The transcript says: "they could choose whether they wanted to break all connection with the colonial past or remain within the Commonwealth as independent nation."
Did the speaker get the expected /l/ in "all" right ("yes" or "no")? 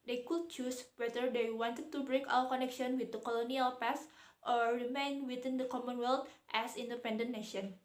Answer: no